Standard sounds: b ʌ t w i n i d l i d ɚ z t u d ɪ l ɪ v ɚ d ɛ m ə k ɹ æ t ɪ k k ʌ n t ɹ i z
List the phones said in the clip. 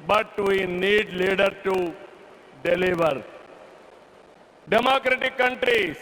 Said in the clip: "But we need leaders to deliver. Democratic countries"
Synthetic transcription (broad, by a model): b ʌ t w i n i d l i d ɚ t u d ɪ l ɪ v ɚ d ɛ m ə k ɹ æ t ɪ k k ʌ n t ɹ i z